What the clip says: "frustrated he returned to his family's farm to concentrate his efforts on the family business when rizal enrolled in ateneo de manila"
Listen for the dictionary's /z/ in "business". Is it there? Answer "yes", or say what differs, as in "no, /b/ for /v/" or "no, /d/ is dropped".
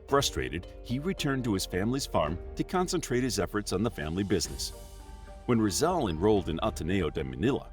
yes